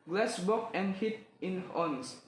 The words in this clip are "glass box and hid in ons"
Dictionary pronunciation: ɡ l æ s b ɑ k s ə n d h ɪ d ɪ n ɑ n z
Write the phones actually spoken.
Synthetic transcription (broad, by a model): ɡ l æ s b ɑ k ə n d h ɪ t ɪ n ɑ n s